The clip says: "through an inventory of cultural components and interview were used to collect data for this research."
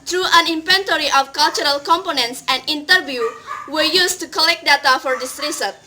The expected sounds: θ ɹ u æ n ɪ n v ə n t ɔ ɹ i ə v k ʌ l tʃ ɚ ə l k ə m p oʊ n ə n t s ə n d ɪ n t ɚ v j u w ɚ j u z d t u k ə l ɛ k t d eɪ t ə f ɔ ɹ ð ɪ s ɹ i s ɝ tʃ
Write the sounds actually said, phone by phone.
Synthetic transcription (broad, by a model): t ɹ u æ n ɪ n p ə n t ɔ ɹ i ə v k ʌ l tʃ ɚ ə l k ə m p oʊ n ə n t s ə n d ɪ n t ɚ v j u w ɚ j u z t u k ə l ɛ k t d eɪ t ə f ɔ ɹ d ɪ s ɹ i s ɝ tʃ